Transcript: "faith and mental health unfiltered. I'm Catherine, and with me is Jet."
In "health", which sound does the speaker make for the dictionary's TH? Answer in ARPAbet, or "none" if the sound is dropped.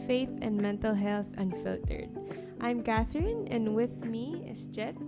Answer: TH